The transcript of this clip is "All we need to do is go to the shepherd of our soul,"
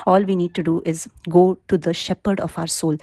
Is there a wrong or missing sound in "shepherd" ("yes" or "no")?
no